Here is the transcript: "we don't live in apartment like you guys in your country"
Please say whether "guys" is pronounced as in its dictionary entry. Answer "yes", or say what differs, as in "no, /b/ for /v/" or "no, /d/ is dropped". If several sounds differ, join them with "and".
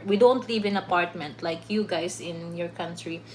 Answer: no, /s/ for /z/